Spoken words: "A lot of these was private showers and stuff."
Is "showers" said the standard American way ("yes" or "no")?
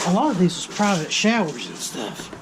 yes